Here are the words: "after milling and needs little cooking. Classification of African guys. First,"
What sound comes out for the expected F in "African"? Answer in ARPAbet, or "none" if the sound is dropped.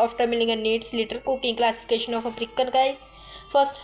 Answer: P